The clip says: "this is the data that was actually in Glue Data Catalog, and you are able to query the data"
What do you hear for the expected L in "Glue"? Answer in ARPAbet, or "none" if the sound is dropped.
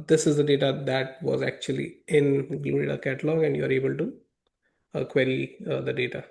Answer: none